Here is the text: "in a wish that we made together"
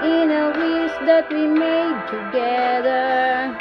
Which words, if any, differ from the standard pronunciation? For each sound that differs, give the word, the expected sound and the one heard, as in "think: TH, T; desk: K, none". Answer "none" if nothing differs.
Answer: wish: SH, S